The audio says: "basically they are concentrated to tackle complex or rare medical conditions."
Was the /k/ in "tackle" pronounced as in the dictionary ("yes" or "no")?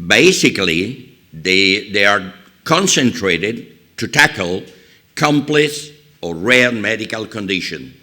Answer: yes